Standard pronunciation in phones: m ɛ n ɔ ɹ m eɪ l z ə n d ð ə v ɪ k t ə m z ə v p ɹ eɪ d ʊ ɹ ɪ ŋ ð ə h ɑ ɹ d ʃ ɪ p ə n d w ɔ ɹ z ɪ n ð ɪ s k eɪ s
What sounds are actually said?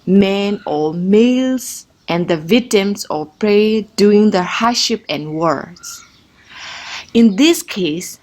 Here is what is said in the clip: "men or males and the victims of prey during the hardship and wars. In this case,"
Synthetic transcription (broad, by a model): m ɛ n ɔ l m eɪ l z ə n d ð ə v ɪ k t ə m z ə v p ɹ eɪ d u ɪ ŋ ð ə h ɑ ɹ ʃ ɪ p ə n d w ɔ ɹ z ɪ n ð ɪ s k eɪ s